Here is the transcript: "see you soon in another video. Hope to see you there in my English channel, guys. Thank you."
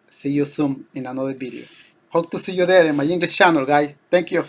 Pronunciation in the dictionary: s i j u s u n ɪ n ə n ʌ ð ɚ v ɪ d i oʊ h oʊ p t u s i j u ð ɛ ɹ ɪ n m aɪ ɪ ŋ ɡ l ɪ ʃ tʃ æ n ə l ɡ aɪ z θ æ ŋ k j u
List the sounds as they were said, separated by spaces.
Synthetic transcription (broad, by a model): s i j u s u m ɪ n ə n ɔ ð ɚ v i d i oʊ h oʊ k t u s i j u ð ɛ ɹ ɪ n m aɪ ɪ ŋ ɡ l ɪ s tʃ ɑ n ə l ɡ aɪ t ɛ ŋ k j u